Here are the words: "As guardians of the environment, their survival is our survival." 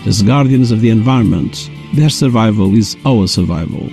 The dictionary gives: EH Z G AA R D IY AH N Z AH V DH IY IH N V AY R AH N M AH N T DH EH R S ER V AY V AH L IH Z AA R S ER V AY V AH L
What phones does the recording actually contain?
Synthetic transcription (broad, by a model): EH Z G AA R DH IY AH N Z AH V DH IY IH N V AY R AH N M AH N T DH EH R S ER V AY V AH L IH Z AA L S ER V AY V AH L